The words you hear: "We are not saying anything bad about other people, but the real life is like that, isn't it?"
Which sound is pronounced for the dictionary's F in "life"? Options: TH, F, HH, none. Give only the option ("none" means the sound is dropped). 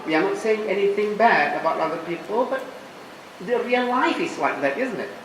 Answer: F